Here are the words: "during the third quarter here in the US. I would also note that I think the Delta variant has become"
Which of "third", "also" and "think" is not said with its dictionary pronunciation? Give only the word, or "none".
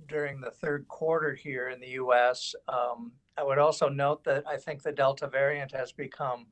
none